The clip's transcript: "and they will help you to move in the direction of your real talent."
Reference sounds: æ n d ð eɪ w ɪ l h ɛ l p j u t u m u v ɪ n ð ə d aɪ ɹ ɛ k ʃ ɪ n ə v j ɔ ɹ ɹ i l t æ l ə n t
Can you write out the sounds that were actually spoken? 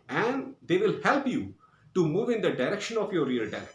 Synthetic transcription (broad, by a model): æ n d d eɪ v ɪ l h ɛ l p j u t u m u v ɪ n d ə d aɪ ɹ ɛ k ʃ ɪ n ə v j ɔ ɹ ɹ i l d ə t